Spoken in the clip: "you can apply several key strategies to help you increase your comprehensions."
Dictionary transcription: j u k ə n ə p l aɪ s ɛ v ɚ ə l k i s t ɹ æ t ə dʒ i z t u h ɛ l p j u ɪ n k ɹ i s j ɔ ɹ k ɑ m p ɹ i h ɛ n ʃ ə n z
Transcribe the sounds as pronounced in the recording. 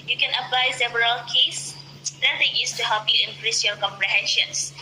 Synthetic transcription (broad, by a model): j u k ə n ə p l aɪ s ɛ v ɚ ə l k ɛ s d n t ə i s t u h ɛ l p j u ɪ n k ɹ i s j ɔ k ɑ m p ɹ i h ɛ n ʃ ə n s